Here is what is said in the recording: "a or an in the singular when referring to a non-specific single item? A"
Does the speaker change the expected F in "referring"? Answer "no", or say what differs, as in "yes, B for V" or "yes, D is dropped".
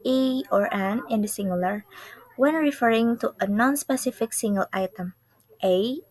no